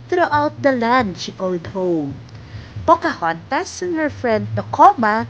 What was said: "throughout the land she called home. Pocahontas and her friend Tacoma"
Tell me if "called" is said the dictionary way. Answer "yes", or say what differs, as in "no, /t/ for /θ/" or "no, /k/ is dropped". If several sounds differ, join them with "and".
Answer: no, /l/ is dropped